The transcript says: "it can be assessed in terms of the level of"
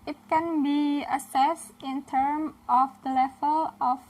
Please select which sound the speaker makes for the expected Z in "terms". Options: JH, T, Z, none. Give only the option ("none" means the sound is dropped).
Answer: none